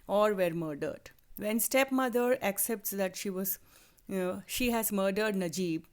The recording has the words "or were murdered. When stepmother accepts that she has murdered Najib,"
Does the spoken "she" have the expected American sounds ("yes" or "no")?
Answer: yes